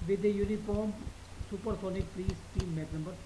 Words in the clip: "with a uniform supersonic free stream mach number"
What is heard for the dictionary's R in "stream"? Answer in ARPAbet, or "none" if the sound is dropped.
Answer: none